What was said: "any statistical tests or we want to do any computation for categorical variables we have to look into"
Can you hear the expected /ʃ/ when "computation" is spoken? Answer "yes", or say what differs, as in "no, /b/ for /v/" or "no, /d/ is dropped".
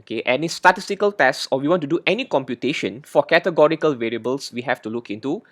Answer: yes